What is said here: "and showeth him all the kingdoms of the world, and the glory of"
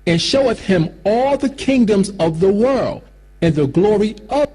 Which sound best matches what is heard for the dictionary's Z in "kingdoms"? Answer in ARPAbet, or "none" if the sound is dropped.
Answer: Z